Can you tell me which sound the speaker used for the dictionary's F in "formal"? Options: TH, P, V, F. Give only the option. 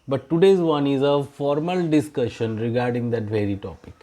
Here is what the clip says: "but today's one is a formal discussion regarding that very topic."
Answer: F